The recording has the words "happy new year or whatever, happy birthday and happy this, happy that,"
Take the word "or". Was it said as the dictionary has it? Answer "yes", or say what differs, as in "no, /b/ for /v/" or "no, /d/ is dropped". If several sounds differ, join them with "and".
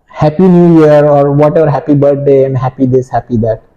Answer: yes